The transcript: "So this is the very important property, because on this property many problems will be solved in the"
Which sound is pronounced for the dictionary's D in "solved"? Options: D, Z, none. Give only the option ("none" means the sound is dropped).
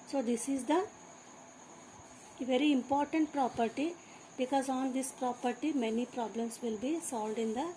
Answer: D